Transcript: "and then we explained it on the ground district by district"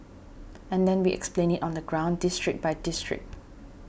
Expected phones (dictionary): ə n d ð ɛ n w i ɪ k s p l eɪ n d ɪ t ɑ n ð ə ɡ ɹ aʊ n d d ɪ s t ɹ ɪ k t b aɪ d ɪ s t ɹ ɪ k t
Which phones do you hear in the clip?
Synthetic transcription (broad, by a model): ə n d ɛ n w i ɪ k s p l eɪ n ɪ t ɑ n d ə ɡ ɹ aʊ n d d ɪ s t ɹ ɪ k b aɪ d ɪ s t ɹ ɪ k t